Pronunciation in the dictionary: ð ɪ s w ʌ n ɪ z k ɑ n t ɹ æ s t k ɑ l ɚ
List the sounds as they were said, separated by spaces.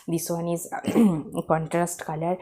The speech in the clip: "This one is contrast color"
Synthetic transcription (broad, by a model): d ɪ s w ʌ n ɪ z k ɑ n t ɹ æ s t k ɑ l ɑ